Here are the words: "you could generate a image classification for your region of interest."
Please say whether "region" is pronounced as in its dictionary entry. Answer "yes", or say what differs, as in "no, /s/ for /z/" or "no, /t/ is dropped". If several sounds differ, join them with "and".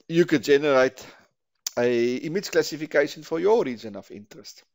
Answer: no, /z/ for /dʒ/